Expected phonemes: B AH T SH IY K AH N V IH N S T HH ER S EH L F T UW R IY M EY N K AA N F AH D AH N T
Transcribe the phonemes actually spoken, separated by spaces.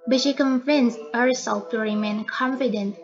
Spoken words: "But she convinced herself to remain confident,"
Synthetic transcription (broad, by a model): B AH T SH IY K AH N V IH N S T HH ER S EH L F T UW R IY M EY N K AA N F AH D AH N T